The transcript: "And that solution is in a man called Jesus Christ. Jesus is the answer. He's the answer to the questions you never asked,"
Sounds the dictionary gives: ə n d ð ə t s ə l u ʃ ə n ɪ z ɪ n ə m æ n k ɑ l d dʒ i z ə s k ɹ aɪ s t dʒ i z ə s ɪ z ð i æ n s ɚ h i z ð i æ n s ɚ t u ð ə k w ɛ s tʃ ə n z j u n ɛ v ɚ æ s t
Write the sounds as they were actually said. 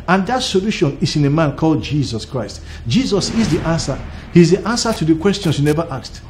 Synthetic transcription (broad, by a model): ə n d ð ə t s ə l u ʃ ə n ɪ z ɪ n ə m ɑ n k ɑ l d dʒ i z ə s k ɹ aɪ s t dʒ i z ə s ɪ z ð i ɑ n s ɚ h i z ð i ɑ n s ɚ t u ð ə k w ɛ s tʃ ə n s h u n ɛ v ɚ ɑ s t